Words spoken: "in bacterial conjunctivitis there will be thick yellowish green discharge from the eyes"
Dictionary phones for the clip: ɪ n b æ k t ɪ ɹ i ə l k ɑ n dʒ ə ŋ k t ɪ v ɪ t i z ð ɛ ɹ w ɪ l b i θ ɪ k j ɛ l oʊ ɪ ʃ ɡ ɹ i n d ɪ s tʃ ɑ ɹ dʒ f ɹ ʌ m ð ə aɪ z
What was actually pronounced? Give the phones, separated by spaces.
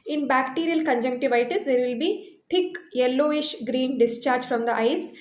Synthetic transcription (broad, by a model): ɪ n b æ k t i ɹ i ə l k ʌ n dʒ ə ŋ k t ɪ v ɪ t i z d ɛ ɹ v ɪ l b i t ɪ k j ɛ l oʊ ɪ ʃ ɡ ɹ i n d ɪ s tʃ ɑ ɹ dʒ f ɹ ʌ m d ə aɪ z